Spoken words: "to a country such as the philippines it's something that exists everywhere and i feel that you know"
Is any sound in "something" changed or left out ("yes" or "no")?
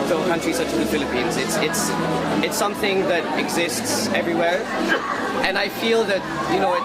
no